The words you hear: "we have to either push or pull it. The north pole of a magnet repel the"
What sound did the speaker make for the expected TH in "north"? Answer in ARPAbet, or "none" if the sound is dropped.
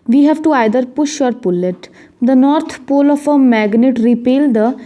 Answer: T